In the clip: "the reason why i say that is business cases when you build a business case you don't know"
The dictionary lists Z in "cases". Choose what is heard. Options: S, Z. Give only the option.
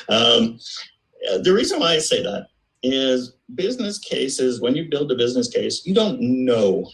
Z